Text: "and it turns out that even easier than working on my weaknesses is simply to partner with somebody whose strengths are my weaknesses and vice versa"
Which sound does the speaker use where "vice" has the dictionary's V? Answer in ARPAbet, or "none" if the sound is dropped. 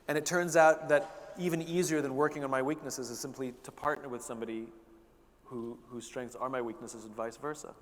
V